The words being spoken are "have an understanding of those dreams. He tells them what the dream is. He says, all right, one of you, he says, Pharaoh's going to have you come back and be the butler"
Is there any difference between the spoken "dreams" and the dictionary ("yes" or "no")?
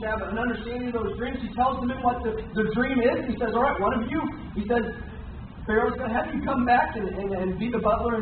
no